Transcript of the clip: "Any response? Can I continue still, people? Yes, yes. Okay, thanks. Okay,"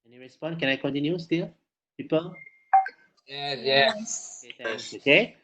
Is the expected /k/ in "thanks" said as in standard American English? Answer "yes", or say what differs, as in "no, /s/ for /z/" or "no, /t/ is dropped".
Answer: no, /k/ is dropped